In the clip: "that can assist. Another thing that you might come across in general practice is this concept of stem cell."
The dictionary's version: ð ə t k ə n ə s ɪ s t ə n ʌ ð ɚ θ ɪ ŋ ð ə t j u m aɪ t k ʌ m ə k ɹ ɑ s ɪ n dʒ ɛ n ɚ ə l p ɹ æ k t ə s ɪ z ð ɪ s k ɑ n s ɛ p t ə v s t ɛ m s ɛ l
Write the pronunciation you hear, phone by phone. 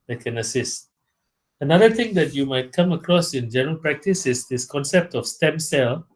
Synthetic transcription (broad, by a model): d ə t k ə n ə s ɪ s t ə n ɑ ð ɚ t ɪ ŋ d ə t j u m aɪ t k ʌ m ə k ɹ ɑ s ɪ n dʒ ɛ n ɚ ə l p ɹ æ k t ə s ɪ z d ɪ s k ɑ n s ɛ p t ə f s t ɛ m s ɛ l